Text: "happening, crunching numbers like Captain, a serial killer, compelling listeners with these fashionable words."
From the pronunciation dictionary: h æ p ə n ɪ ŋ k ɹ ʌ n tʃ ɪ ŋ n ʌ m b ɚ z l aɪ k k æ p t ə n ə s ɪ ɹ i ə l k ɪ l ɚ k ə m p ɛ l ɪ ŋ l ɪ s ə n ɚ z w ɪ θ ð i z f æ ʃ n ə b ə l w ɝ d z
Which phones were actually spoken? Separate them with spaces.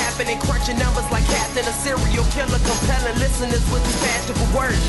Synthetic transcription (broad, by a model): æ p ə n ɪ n k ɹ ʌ tʃ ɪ n ʌ m b ɚ z l aɪ k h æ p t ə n ə s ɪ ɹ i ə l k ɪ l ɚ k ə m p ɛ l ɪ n l ɪ s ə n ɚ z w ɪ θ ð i f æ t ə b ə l w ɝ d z